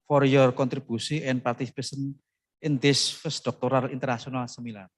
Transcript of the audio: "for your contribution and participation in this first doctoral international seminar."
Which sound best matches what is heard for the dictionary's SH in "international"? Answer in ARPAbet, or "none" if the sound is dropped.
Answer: S